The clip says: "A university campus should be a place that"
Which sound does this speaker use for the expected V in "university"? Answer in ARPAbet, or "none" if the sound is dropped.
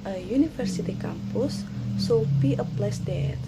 F